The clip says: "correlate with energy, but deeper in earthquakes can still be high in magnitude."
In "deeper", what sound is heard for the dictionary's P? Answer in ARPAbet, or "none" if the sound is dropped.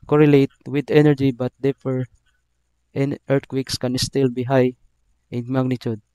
F